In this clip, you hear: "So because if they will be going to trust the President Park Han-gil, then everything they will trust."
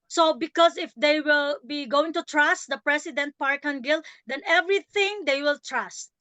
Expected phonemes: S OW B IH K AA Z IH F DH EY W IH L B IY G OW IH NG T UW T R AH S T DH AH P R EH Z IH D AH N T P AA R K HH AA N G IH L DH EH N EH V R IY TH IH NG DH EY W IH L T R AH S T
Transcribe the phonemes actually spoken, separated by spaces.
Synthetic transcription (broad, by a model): S OW B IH K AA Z IH F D EY W IH L B IY G OW IH NG T UW T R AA S T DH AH P R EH S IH D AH N T P AA R K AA N G IH L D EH N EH V R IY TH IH NG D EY W IH L T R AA S T